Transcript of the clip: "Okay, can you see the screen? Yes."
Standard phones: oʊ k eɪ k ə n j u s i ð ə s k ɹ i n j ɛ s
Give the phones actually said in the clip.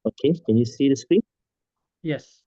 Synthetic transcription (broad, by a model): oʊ k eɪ k ə n j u s i ð ə s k w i j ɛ s